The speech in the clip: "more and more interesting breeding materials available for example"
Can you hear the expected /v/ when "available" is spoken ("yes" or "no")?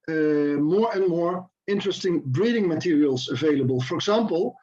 yes